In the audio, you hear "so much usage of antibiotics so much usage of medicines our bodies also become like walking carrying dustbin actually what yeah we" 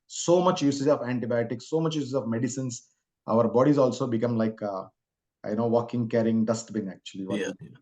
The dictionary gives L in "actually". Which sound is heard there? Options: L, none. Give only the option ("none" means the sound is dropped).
none